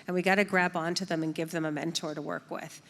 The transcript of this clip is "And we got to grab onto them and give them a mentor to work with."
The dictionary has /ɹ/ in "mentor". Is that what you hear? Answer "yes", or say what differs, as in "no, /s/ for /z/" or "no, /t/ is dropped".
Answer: yes